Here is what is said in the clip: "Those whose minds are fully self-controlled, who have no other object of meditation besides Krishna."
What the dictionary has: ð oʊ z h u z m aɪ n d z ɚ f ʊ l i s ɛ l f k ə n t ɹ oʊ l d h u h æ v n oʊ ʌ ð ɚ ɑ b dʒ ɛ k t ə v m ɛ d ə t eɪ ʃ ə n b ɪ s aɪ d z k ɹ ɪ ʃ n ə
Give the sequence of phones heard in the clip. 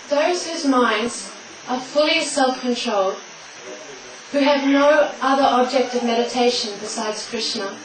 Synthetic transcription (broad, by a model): ð oʊ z h u z m aɪ n d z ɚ f ʊ l i s ɛ l f k ə n t ɹ oʊ l d h u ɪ v n oʊ ʌ ð ɚ ɑ b dʒ ɛ k t ə v m ɛ d ə t eɪ ʃ ə n b ɪ s aɪ d z k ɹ ɪ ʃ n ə